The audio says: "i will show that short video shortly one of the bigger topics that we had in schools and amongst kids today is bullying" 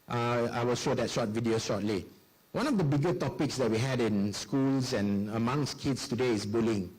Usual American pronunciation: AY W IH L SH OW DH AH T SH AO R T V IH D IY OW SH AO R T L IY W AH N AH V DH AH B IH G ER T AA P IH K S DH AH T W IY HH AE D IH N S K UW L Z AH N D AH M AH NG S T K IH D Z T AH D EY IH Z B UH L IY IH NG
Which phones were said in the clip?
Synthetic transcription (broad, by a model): AY W IH L SH OW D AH T SH AO T V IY D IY OW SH AO T L IY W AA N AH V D AH B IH G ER T AA P IH K S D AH T W IY HH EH D IH N S K UW L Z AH N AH M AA NG S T K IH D S T AH D EY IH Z B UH L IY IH NG